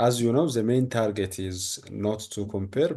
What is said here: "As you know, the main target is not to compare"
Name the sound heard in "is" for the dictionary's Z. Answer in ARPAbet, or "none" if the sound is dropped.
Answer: Z